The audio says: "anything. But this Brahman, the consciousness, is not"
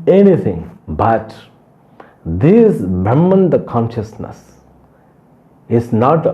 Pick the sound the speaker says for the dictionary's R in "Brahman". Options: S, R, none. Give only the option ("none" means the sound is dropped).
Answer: none